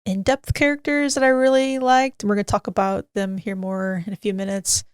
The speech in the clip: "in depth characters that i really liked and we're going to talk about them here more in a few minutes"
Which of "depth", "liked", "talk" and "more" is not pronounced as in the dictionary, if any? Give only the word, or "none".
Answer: none